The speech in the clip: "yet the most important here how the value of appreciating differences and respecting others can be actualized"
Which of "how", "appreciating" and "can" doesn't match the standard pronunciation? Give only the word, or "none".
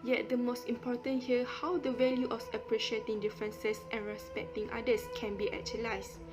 none